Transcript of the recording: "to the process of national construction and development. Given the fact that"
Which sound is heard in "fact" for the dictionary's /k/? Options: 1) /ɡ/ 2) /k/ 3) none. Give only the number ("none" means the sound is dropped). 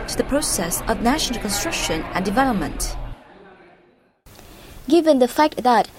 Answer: 2